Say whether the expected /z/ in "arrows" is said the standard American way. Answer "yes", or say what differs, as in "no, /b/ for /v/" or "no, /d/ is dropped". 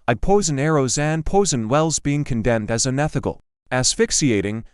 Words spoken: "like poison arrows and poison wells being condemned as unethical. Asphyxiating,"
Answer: yes